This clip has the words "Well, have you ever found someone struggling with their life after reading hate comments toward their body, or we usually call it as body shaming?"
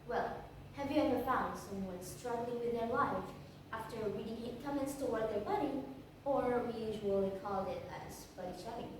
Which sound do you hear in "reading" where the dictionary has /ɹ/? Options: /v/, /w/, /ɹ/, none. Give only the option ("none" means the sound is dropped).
/w/